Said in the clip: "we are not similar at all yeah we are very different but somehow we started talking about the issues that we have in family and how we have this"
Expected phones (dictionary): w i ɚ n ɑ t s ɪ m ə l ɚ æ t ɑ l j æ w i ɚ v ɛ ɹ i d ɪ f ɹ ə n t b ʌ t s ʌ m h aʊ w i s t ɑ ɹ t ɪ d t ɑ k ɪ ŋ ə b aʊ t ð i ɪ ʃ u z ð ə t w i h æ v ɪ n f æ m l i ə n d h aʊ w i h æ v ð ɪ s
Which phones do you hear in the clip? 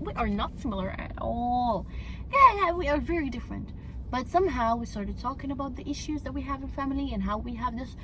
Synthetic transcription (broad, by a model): w i ɚ n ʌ t s ɪ m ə l ɚ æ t ɑ l j æ w i ɚ v ɛ ɹ i d ɪ f ɹ ə n t b ʌ t s ʌ m h aʊ w i s t ɑ ɹ t ɪ d t ɑ k ɪ ŋ ə b aʊ t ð i ɪ ʃ u z ð ə t w i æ v ɪ n f æ m l i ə n h aʊ w i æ v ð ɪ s